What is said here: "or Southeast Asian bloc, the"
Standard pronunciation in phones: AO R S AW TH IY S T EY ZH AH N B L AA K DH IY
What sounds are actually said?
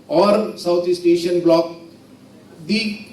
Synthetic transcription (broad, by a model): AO R S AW T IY S T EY SH AH N B L AA K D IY